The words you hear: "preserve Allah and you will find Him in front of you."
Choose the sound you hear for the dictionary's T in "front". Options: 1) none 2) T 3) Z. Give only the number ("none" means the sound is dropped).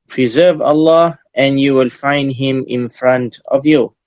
2